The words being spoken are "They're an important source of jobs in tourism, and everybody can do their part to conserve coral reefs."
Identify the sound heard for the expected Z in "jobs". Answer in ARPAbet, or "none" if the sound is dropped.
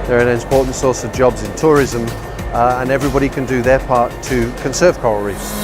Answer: Z